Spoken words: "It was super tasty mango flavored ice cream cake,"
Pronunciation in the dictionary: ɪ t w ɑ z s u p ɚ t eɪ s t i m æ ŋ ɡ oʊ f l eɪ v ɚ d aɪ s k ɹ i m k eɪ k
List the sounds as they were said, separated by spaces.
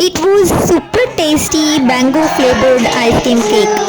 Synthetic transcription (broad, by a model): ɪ t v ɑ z s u p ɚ t eɪ s t i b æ ŋ ɡ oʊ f l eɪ b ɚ d aɪ s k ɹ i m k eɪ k